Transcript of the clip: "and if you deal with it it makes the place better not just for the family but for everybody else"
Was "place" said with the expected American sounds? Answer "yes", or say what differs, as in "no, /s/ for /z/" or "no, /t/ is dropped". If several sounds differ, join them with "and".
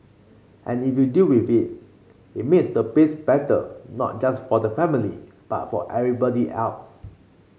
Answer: no, /l/ is dropped